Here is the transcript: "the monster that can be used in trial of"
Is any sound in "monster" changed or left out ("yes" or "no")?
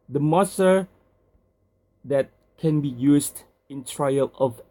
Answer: yes